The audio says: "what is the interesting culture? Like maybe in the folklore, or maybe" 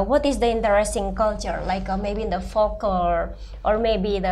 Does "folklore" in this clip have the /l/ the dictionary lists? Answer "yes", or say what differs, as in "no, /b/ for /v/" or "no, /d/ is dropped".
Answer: no, /l/ is dropped